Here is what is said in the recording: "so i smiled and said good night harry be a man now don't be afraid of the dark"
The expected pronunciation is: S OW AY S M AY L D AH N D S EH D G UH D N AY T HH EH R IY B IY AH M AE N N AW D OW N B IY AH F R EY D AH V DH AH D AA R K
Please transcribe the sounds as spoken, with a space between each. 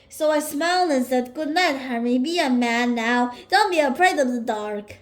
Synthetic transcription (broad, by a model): S OW AY S M AY L D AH N S EH D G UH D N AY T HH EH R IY B IY AH M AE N N AW D OW N B IY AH P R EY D AH V DH AH D AA R K